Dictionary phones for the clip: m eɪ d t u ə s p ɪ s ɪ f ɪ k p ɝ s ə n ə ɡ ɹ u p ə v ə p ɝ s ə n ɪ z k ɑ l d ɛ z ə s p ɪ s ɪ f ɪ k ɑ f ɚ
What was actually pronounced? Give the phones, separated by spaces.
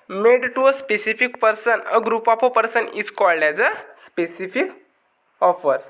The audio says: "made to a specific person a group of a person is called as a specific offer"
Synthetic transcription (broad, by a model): m eɪ d t u ə s p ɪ s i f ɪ k p ɝ s ə n ə ɡ ɹ u p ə p ə p ɝ s ə n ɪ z k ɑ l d ɛ z ə s p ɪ s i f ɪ k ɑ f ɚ